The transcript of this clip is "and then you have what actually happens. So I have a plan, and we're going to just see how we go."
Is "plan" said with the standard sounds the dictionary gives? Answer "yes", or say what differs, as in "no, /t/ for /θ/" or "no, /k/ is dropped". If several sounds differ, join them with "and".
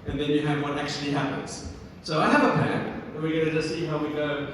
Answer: no, /l/ is dropped